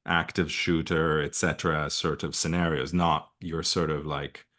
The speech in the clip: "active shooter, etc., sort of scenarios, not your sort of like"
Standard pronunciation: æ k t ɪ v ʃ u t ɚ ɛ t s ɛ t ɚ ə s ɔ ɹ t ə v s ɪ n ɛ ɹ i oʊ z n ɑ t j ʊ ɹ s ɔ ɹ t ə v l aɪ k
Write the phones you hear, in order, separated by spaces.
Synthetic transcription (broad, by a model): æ k t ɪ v ʃ u t ɚ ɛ t s ɛ t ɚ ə s ɔ ɹ t ə v s ɪ n ɛ ɹ i oʊ z n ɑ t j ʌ ɹ s ɔ ɹ t ə v l aɪ k